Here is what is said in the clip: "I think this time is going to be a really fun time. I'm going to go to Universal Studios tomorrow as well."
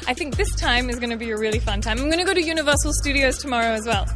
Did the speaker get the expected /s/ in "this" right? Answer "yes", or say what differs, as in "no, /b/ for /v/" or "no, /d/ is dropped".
yes